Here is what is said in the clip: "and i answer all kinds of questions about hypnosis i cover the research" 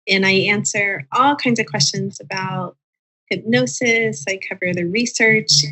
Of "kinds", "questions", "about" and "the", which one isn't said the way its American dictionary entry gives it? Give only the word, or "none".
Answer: none